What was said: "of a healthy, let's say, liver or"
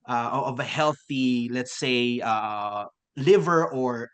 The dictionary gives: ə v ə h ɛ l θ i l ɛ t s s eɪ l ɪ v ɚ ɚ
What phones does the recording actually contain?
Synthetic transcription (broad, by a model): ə v ə h ɛ l θ i l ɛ t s s eɪ l ɪ v ɚ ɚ